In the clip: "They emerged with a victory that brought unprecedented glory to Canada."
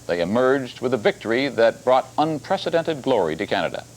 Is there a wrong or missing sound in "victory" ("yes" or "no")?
no